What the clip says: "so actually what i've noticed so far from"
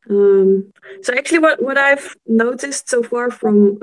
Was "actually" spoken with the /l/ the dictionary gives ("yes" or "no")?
no